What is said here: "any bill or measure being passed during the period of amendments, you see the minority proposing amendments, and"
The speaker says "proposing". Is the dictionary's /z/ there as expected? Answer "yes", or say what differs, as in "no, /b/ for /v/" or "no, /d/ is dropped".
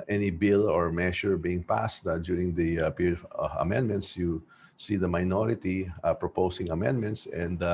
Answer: no, /s/ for /z/